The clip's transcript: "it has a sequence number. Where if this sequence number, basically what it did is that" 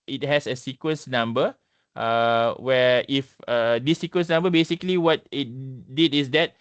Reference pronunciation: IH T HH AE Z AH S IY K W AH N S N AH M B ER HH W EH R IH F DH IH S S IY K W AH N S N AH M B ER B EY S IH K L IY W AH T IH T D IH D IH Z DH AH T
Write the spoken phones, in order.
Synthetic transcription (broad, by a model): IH T HH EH S AH S IY K W AH N S N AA M B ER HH W EH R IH F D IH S S IY K W AH N S N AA M B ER B EY S IH K L IY W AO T IH T D IH D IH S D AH T